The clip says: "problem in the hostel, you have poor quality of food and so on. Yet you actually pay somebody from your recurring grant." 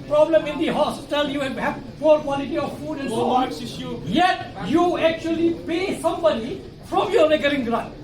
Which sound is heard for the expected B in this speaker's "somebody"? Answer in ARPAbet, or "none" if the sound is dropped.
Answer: B